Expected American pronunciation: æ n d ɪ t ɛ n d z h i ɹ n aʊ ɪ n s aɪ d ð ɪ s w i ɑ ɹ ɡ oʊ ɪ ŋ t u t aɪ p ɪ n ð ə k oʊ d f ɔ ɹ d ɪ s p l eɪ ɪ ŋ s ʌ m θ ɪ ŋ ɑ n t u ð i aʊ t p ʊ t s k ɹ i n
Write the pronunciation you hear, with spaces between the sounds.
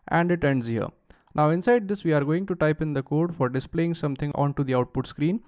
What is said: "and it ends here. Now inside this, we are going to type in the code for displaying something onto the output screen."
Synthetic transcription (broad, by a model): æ n d ɪ t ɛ n d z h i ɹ n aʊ ɪ n s aɪ d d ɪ s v i ɑ ɹ ɡ oʊ ɪ ŋ t u t aɪ p ɪ n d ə k oʊ d f ɔ ɹ d ɪ s p l eɪ ɪ ŋ s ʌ m t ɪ ŋ ɑ n t u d i aʊ t p ʊ t s k ɹ i n